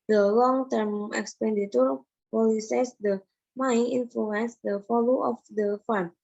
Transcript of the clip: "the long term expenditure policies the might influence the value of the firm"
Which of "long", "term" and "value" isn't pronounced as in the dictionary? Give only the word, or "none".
value